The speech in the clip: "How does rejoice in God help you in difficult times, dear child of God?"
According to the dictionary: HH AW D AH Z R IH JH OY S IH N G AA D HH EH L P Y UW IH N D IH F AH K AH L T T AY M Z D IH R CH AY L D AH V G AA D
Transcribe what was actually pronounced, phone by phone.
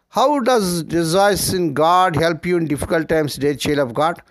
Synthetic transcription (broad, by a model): HH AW D AH Z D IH Z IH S IH N G AA D HH EH L P Y UW IH N D IH F AH K AH L T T AY M S D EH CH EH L AH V G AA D